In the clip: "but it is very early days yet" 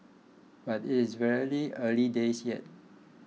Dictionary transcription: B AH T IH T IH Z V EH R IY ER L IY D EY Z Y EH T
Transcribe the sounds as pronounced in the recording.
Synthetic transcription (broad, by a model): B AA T IH T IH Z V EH L IY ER L IY D EY S Y EH T